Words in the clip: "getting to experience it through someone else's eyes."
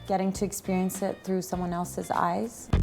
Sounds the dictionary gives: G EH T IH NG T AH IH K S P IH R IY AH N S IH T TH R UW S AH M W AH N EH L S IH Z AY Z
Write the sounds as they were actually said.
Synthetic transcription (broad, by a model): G EH T IH NG T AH IH K S P IH R IY AH N S IH T TH R UW S AH M W AH N EH L S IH Z AY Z